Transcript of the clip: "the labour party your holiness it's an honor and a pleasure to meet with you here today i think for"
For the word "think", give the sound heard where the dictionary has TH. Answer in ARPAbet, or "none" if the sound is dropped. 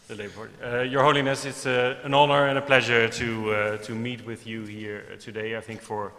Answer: TH